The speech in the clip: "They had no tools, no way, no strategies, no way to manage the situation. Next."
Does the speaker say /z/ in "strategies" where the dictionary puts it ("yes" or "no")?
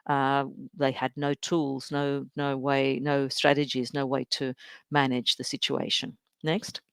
yes